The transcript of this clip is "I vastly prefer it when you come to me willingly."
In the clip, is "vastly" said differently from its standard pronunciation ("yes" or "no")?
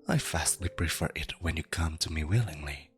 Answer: yes